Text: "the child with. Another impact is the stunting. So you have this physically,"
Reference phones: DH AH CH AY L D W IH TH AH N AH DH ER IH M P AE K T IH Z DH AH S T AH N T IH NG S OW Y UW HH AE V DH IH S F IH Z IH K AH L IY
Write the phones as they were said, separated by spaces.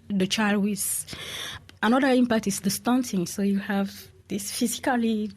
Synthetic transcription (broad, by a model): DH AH CH AY L D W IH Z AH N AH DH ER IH M P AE K T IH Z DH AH S T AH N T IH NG S OW Y UW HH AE V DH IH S F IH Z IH K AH L IY